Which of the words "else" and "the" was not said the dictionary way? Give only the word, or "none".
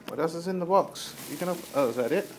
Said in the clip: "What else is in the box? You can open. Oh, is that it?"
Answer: else